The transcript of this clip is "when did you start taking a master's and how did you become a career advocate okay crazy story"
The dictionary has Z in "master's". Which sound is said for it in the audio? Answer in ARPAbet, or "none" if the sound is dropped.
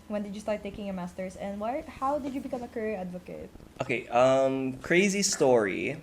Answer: S